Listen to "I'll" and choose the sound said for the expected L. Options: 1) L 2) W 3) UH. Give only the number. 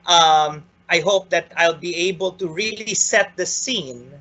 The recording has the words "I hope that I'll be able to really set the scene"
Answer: 1